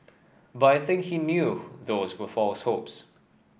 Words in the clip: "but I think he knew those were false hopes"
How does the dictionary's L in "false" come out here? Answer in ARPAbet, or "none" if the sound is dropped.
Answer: L